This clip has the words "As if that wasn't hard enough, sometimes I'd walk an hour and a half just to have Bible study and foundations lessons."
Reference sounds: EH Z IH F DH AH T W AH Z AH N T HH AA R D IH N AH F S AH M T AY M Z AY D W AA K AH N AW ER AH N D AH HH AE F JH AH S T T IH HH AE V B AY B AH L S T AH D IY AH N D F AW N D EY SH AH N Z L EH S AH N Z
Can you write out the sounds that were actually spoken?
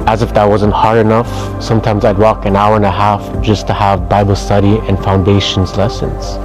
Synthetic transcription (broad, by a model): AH Z IH F DH AH T W AH Z AH N T HH AA R D IH N AH F S AH M T AY M Z AY D W AA K AH N AW ER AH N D AH HH AE F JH AH S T T IH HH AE V B AY B L S T AH D IY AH N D F AW N D EY SH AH N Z L EH S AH N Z